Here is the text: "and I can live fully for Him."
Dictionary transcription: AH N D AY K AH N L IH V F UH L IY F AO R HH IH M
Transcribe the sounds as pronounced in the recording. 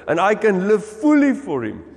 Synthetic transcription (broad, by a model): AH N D AY K AH N L IH V F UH L IY F AO R HH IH M